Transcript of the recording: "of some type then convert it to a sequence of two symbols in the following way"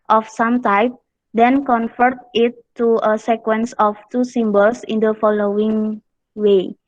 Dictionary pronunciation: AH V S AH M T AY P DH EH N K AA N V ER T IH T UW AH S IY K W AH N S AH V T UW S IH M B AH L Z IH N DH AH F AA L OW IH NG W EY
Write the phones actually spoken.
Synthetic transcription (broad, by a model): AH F S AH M T AY P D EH N K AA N F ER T IH T UW AH S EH K W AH N S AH F T UW S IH M B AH L S IH N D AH F AA L OW IH NG W EY